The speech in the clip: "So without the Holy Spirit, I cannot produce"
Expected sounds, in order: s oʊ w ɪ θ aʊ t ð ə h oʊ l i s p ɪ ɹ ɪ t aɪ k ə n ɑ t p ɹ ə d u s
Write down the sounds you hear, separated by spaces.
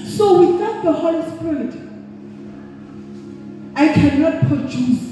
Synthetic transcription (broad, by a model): s oʊ w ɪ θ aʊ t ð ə h oʊ l i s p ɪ l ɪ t aɪ k ə n ɑ t p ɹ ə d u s